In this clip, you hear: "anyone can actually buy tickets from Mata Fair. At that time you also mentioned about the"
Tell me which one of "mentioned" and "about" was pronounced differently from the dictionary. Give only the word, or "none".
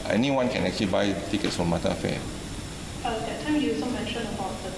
mentioned